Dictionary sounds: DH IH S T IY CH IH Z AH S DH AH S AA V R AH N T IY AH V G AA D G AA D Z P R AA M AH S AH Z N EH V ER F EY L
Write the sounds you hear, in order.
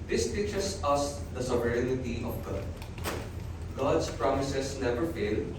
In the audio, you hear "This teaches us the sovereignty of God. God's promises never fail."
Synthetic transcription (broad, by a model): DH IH S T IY CH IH S AH S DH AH S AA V R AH N T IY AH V G AA D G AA D S P R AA M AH S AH S N EH V ER F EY L